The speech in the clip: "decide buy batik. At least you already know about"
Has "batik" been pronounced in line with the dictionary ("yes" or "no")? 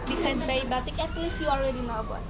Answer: yes